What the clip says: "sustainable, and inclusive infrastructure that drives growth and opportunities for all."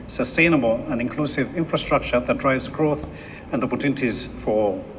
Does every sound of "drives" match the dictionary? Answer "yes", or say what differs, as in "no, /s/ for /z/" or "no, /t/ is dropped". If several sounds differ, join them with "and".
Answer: yes